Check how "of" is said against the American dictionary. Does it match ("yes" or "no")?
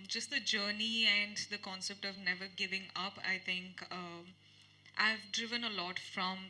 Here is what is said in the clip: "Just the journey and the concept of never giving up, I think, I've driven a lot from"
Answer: yes